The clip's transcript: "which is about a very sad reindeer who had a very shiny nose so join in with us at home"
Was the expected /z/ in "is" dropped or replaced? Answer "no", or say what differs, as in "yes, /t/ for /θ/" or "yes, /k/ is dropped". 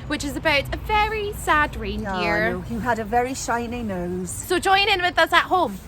no